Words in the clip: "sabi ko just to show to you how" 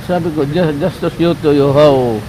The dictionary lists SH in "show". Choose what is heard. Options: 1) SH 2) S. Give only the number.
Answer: 2